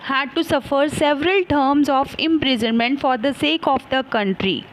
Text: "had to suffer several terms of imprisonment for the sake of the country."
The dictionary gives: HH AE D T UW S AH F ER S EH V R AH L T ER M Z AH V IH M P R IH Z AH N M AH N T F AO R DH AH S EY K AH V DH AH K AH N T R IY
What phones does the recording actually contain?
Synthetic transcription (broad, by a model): HH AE D T UW S AH F ER S EH V R AH L T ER M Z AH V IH M P R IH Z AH N M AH N T F AO R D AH S EY K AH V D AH K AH N T R IY